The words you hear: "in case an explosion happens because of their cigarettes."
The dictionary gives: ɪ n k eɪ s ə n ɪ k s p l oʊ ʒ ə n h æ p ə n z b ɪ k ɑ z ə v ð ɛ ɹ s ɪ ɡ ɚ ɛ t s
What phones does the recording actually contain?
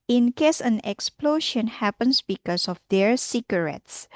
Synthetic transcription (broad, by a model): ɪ n k eɪ s ə n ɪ k s p l oʊ ʃ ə n h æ p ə n s b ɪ k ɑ s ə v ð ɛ ɹ s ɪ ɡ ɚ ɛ t s